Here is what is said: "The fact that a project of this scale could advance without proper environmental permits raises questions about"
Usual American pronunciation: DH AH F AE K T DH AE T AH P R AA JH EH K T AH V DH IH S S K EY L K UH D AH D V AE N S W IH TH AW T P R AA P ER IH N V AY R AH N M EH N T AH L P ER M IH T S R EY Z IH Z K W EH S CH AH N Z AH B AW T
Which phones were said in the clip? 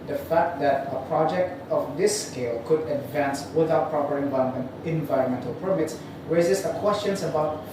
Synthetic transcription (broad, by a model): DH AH F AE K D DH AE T AH P R AA JH EH K T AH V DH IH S S K EY L K UH D AH D V AE N S W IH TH AW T P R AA P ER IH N V AY R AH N M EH N T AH L P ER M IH T S R EY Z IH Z K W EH S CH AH N S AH B AW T